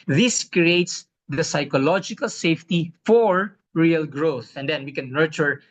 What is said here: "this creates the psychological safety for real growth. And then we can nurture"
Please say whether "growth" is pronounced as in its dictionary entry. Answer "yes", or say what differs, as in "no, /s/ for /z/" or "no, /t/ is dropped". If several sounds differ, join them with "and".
yes